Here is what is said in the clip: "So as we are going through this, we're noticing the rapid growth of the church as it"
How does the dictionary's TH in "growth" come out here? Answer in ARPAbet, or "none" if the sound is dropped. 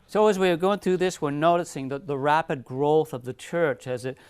TH